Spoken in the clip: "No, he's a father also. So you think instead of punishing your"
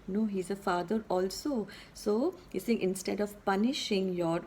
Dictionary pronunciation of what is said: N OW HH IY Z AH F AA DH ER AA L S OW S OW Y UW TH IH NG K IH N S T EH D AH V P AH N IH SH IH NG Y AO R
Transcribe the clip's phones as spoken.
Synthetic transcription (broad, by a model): N OW HH IY Z AH F AA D ER AA L S OW S OW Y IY S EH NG IH N S T EH D AH V P AH N IH SH IH NG Y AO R